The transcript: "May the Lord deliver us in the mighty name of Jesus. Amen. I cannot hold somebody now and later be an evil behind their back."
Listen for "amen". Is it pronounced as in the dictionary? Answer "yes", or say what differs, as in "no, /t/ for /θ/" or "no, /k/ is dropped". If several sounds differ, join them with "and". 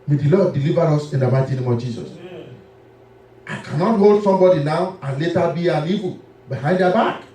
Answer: no, /m/ is dropped